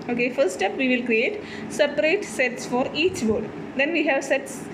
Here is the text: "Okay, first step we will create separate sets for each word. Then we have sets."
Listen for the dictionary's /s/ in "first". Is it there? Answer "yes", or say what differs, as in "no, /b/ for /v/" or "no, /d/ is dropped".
no, /s/ is dropped